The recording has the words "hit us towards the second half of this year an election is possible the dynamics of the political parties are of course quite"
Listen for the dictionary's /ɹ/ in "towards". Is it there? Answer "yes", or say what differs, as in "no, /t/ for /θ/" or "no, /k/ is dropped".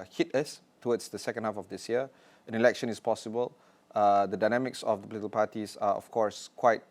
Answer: no, /w/ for /ɹ/